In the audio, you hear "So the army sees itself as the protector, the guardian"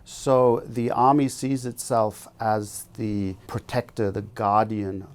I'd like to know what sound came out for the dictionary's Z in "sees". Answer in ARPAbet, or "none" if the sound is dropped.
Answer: Z